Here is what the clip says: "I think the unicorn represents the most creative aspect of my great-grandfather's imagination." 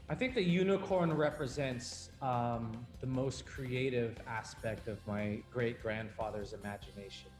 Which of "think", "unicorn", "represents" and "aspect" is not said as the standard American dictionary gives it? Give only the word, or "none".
none